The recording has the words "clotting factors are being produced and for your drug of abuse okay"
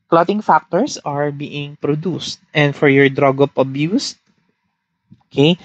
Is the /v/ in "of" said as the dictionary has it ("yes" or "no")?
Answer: no